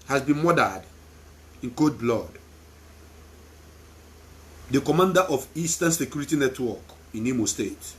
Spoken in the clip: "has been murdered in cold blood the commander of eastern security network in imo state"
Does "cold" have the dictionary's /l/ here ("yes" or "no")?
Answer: no